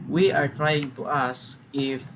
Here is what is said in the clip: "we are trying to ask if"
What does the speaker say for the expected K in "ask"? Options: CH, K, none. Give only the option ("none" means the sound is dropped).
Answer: none